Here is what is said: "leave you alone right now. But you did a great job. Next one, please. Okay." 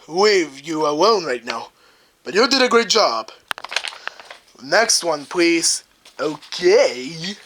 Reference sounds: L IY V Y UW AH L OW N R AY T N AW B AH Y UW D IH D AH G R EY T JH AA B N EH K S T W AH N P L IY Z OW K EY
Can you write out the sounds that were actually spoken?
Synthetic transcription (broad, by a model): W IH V Y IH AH W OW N R AY T N AW B AH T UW D IH D AH G R EY T JH AA B N EH K S T W AH N P L IY Z OW K EY